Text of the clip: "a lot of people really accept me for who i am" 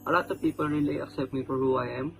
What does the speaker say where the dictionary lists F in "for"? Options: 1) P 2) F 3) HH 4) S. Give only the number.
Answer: 1